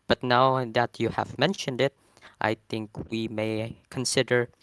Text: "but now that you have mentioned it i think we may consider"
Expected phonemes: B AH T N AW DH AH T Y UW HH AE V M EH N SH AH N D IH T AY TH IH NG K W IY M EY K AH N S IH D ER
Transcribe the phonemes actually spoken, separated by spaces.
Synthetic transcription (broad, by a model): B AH T N AW DH AH T Y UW HH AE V M EH N SH AH N D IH T AY TH IH NG K W IY M EY K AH N S IH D ER